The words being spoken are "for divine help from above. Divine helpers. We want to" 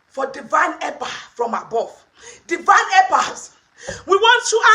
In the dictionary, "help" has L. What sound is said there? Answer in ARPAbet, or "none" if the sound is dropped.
none